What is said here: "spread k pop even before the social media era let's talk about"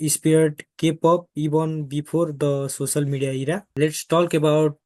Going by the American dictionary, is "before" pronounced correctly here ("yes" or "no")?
no